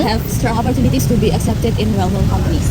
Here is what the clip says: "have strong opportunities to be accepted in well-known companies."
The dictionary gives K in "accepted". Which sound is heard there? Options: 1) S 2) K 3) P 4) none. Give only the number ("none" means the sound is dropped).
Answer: 2